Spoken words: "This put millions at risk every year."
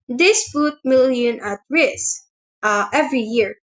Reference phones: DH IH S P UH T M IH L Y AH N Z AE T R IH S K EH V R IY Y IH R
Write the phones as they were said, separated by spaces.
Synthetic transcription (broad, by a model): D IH S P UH T M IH L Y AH N AA T R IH S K EH V R IY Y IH R